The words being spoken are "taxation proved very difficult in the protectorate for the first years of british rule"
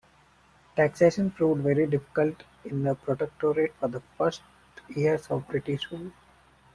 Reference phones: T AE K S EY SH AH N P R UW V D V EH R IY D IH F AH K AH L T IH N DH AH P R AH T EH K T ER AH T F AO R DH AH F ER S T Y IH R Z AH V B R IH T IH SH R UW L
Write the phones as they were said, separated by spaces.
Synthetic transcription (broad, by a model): T AE K S EY SH AH N F R UW D V EH R IY D IH F AH K AH L T IH N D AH P R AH T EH K T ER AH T F AO R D AH F ER S T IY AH R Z AH V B R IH T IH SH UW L